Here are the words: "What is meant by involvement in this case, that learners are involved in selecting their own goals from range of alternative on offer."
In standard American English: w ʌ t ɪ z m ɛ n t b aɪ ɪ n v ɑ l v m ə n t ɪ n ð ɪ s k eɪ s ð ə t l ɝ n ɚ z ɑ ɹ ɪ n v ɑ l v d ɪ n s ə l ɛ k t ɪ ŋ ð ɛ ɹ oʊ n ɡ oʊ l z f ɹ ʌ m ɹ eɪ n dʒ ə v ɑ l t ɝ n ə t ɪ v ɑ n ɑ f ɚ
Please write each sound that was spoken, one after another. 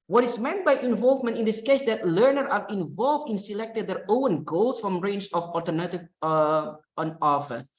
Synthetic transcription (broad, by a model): w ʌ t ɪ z m ɛ n t b aɪ ɪ n v ɑ l v m ə n t ɪ n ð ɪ s k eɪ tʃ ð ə t l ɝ n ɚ ɑ ɹ ɪ n v ɑ l v d ɪ n s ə l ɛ k t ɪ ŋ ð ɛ ɹ oʊ n ɡ oʊ l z f ɹ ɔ m ɹ eɪ n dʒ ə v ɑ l t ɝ n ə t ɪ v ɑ n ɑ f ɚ